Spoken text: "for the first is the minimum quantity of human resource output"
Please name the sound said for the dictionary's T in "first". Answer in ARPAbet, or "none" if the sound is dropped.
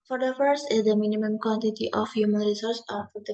none